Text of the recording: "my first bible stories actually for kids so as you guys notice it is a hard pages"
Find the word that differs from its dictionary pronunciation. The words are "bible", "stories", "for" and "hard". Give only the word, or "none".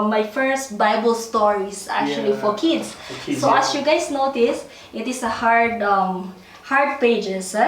stories